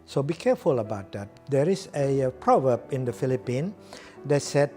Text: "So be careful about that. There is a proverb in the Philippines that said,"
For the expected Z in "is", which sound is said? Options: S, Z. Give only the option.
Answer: S